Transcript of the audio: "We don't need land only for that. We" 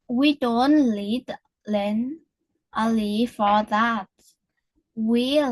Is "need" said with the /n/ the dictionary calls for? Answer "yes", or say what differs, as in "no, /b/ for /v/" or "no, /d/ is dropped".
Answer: no, /l/ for /n/